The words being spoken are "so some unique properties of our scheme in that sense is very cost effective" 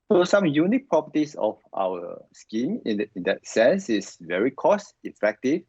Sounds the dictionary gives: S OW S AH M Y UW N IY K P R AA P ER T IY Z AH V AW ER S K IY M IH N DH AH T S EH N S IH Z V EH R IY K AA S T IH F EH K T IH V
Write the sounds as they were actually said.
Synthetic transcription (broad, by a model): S OW S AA M Y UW N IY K P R AA P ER T IY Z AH F AW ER S K IY M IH N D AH T S EH N S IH S V EH R IY K AA S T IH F EH K T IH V